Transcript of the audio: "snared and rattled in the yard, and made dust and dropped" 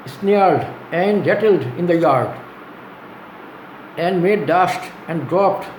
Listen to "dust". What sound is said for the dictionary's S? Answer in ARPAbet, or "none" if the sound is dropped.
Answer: SH